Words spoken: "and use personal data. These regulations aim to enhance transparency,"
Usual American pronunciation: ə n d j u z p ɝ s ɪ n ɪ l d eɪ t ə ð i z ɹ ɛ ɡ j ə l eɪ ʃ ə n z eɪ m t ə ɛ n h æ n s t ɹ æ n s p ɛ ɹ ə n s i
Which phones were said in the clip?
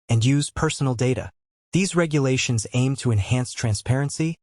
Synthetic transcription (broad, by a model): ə n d j u z p ɝ s n l d eɪ t ə ð i z ɹ ɛ ɡ j ə l eɪ ʃ ə n z eɪ m t ə ɛ n h æ n s t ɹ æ n s p ɛ ɹ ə n s i